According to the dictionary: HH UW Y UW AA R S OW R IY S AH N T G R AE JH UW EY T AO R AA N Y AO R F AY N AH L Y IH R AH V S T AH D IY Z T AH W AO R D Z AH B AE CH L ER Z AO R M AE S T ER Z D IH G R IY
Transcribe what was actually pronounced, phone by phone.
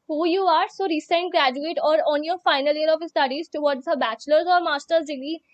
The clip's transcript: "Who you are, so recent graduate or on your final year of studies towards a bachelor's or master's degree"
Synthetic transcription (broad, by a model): HH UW Y UW AA R S OW R IY S AH N T G R AE JH UW EY T AO R AA N Y AO R F AY N AH L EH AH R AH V S T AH D IY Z T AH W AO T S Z AH B AE CH L ER Z AO R M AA S T ER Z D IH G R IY